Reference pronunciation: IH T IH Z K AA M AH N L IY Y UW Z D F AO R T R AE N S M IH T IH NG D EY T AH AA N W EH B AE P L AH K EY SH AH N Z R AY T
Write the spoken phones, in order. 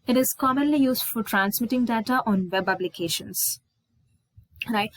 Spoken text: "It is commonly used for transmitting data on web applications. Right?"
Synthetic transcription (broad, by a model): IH T IH Z K AA M AH N L IY Y UW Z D F AO R T R AE N S M IH T IH NG D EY T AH AA N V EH B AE B L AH K EY SH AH N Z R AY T